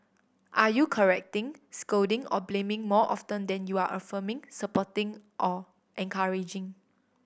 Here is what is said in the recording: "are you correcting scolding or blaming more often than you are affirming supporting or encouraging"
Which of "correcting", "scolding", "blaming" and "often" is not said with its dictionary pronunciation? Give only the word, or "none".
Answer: scolding